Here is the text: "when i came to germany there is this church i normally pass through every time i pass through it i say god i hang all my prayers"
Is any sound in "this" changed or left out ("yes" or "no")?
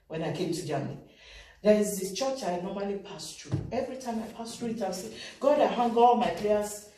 yes